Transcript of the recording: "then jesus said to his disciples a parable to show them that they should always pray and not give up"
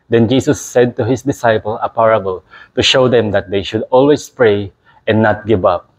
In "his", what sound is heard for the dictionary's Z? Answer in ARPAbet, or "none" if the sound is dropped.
S